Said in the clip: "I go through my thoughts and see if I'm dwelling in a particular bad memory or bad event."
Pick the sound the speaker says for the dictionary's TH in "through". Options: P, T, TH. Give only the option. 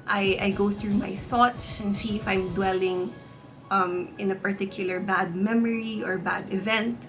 TH